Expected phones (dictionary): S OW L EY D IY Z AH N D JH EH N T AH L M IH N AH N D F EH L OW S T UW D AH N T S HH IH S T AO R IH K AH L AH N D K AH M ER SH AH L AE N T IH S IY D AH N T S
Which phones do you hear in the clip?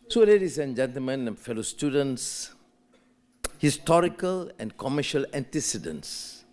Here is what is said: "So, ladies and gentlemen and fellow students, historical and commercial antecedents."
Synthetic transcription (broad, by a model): S OW L EY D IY S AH N JH EH N T AH L M IH N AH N F EH L OW S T UW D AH N T S HH IH S T AO R IH K AH L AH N K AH M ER SH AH L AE N T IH S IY D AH N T S